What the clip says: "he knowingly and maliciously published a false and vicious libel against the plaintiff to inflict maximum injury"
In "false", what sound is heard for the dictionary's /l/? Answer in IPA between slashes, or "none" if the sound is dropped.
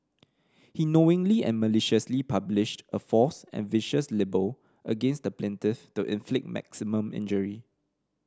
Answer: none